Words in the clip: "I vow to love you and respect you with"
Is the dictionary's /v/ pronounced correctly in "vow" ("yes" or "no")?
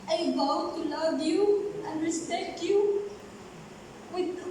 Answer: no